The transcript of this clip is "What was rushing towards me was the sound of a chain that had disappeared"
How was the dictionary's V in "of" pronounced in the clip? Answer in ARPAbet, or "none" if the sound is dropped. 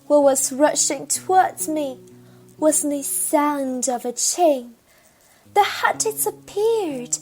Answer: V